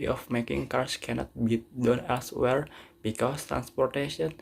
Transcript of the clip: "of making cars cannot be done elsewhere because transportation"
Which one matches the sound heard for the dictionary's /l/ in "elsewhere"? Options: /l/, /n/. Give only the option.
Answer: /l/